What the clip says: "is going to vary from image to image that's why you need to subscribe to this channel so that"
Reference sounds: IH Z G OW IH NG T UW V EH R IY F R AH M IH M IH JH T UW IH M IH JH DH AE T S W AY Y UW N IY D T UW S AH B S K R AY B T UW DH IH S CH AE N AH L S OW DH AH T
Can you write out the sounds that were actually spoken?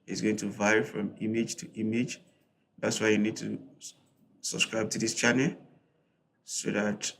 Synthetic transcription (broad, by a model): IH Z G OW IH NG T UW V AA IY F R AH M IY M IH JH T UW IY M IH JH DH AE T S W AY Y UW N IY D T UW S AH B S K R AY B T UW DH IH S CH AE N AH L S OW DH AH T